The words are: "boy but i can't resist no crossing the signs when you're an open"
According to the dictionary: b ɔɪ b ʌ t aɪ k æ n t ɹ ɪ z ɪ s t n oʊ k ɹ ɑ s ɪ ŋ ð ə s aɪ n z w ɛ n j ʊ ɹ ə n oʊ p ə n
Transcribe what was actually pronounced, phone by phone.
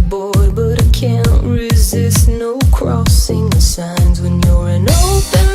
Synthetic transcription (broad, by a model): b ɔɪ b ʌ t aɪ k æ n t ɹ ɪ z ɪ s t n oʊ k ɹ ɑ s ɪ ŋ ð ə s aɪ n z w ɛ n j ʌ ɹ ə n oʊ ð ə